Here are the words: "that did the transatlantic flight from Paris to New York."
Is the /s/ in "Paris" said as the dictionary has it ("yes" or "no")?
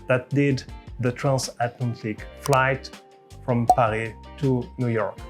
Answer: no